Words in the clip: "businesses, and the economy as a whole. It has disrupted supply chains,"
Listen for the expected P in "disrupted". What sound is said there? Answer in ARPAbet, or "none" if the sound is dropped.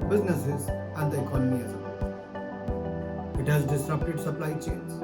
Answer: none